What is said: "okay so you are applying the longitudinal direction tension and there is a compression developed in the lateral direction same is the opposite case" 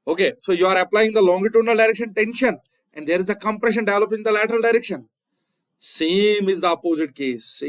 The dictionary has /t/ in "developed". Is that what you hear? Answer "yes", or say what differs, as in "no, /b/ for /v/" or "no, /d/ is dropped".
no, /t/ is dropped